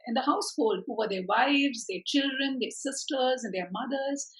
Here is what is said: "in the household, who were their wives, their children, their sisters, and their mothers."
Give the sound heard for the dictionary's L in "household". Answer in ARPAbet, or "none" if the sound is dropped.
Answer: L